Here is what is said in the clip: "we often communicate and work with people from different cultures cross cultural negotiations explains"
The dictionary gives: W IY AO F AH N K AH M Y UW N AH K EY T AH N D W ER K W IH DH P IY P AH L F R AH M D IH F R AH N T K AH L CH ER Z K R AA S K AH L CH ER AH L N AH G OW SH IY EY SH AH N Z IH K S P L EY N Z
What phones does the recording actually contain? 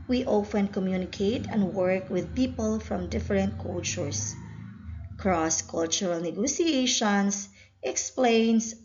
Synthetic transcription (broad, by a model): W IY AO F AH N K AH M Y UW N AH K EY T AH N D W ER K W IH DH P IY P AH L F R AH M D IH F R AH N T K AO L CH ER S K R AA S K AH L CH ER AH L N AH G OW S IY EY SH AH N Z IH K S P L EY N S